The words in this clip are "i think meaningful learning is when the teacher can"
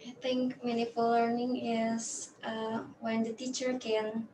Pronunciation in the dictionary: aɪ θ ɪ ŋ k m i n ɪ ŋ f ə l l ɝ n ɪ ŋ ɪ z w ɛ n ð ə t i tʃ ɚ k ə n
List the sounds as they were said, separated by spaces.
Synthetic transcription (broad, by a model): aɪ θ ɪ ŋ k m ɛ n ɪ f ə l l ɝ n ɪ ŋ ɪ s w ɛ n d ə t i tʃ ɚ k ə n